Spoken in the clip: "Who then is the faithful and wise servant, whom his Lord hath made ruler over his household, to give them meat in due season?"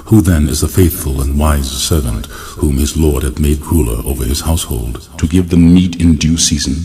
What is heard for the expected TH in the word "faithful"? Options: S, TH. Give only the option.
TH